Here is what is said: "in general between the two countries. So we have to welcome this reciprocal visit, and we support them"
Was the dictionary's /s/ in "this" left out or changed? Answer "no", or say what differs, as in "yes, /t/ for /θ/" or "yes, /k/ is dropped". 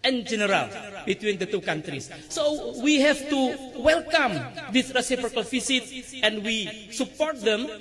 yes, /θ/ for /s/